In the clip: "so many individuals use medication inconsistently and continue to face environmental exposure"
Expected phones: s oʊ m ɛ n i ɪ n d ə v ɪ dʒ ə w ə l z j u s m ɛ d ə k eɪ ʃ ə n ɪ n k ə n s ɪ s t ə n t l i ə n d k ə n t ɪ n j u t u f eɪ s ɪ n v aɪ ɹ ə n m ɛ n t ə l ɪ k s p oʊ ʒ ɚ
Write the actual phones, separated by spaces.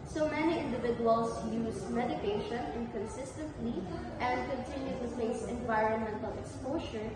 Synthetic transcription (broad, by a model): s oʊ m ɛ n i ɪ n d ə v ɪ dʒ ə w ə l s j u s m ɛ d ə k eɪ ʃ ə n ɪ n k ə n s ɪ s t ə n t l i ə n d k ə n t ɪ n j u t u p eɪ s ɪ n v aɪ ɹ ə n m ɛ n t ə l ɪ k s p oʊ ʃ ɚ